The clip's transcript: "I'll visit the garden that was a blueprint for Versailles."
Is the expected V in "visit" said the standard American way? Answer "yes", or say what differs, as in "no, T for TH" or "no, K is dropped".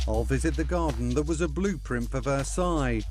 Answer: yes